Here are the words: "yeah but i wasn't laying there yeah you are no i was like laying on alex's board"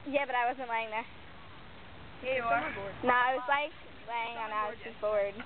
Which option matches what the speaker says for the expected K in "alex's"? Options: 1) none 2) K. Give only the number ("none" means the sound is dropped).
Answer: 1